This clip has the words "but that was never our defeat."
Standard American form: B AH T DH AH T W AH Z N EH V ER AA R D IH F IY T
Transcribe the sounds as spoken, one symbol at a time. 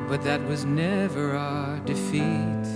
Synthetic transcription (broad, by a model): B AH T DH AH T W AH Z N EH V ER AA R D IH F IY T